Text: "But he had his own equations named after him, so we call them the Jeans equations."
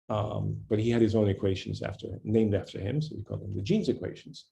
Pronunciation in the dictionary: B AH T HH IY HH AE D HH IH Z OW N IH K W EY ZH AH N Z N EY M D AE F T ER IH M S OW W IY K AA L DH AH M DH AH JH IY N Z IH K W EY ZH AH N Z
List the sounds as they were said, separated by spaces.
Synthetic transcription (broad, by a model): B AH T HH IY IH D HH IH Z OW N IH K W EY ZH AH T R N EY M D AE F T ER IH M S OW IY K AA L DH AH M DH AH JH IY N Z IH K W EY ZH N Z